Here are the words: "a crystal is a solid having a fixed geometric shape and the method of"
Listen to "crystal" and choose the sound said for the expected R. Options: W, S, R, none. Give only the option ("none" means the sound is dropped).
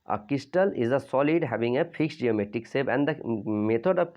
none